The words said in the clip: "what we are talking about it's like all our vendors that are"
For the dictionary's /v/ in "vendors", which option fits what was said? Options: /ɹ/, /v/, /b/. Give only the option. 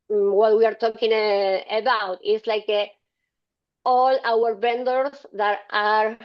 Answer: /b/